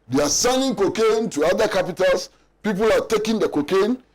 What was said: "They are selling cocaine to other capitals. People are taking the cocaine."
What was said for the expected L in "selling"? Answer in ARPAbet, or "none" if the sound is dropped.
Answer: N